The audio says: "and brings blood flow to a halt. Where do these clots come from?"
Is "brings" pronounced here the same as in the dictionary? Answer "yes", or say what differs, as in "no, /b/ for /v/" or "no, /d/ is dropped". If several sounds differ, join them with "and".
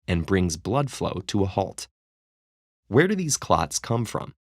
yes